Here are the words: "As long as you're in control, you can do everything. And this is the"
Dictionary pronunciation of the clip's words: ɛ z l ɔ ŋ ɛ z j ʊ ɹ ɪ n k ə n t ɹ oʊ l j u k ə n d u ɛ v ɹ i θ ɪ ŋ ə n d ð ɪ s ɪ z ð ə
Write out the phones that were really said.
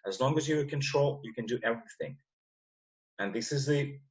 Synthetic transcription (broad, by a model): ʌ z l ɔ ŋ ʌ z j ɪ k ə n t ɹ oʊ l j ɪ k ə n d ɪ ɛ v ɹ i θ ɪ ŋ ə n ð ɪ s ɪ z ð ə